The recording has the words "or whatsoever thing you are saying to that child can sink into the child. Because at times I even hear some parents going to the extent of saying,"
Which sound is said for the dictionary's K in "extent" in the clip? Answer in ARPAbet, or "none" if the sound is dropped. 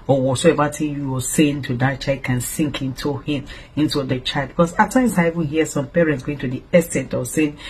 none